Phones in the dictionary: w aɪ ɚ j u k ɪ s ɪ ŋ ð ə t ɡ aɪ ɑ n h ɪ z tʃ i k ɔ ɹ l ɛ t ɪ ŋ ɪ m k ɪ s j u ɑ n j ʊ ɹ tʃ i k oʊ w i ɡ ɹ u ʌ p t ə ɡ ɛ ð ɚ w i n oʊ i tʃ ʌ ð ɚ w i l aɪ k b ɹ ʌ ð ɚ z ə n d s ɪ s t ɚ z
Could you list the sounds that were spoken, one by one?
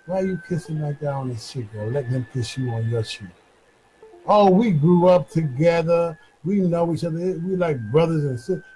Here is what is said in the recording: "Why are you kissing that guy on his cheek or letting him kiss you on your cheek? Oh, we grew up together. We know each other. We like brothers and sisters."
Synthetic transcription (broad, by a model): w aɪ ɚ j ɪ k ɪ s ɪ ŋ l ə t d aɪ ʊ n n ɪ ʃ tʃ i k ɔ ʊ l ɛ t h ɪ m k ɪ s j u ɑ n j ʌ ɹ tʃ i oʊ w i ɡ ɹ u ʌ p t ə ɡ ɛ ð ɚ w i n oʊ i tʃ ʌ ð ɚ w i l aɪ k b ɹ ʌ ð ɚ z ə n s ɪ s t